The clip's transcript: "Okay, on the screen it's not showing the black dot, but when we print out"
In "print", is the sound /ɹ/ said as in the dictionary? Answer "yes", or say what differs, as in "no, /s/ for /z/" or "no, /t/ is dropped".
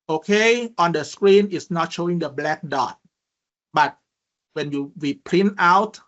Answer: no, /l/ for /ɹ/